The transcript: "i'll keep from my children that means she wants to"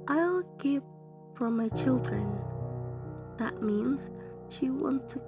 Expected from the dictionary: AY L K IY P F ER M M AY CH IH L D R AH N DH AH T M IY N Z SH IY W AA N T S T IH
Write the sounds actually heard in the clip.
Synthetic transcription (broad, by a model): AY L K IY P F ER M M AY CH IH L D R AH N DH AH T M IY N Z SH IY W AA N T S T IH